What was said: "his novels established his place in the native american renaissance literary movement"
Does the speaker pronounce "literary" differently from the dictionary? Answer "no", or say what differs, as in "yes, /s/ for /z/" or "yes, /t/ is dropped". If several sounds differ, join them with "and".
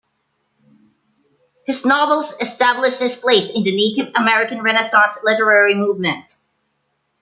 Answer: no